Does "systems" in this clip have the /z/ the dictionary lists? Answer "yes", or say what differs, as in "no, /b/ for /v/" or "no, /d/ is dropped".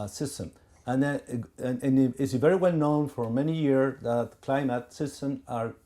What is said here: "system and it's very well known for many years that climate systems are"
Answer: no, /z/ is dropped